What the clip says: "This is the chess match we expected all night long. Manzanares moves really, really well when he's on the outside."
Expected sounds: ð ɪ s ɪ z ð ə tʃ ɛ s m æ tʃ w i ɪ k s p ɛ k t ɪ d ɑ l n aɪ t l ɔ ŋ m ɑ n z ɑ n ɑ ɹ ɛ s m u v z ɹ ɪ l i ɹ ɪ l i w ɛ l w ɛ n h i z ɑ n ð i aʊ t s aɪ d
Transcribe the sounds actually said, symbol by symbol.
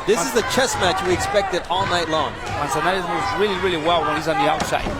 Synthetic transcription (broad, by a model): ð ɪ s ɪ z ð ə tʃ ɛ s m æ tʃ w i ɪ k s p ɛ k t ɪ d ɑ l n aɪ t l ɔ ŋ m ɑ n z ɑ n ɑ l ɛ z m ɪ z ɹ ɪ l i ɹ ɪ l i w ɛ l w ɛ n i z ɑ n ð i aʊ t s aɪ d